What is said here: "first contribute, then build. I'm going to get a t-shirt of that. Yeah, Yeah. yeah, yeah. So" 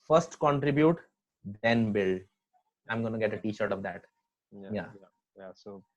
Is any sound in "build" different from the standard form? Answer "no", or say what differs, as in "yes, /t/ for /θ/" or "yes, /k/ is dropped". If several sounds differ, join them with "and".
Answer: yes, /d/ is dropped